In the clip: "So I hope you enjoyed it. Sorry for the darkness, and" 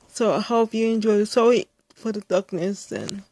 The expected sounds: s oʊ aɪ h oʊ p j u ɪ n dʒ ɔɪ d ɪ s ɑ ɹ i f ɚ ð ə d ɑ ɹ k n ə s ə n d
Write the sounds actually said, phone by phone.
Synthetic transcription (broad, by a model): s oʊ aɪ h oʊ p j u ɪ n dʒ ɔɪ ɪ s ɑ i f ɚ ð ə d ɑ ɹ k n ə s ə n